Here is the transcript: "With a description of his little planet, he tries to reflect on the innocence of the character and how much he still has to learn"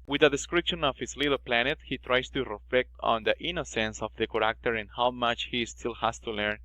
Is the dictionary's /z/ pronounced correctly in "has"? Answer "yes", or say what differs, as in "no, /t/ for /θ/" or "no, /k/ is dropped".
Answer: no, /s/ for /z/